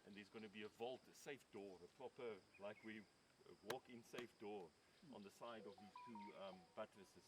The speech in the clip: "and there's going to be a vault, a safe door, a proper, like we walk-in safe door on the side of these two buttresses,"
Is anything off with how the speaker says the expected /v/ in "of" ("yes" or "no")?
no